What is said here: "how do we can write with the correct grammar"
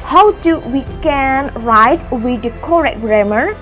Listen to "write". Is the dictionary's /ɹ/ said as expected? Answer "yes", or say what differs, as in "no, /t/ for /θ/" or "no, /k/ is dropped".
yes